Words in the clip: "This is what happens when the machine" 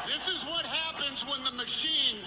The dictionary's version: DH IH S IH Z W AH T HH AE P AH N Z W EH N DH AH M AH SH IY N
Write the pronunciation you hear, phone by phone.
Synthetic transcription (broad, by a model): DH IH S IH Z W AH T HH AE P AH N Z W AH N DH AH M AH SH IY N